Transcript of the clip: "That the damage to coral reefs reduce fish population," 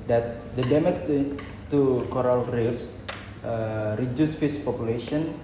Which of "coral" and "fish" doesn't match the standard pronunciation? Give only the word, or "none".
fish